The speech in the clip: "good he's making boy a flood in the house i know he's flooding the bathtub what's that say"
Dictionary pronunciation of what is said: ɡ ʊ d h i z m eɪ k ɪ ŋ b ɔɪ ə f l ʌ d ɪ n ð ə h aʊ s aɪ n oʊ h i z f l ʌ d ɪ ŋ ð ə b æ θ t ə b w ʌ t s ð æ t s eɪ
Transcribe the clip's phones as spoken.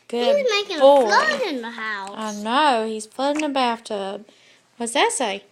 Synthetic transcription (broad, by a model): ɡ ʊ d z m eɪ k ɪ ŋ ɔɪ ə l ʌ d ɪ n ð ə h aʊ aɪ n oʊ h i z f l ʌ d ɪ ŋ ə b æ f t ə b w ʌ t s ð æ t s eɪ